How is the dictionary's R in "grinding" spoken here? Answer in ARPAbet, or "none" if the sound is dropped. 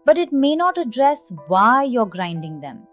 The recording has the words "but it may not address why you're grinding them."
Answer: R